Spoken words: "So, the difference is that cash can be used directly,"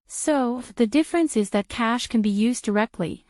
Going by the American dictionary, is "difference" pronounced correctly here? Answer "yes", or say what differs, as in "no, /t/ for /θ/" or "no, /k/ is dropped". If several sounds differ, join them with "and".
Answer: yes